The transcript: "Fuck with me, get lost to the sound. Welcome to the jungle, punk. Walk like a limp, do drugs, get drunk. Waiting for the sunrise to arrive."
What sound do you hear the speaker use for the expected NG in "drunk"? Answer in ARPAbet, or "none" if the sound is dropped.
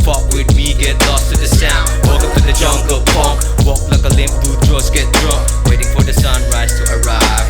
none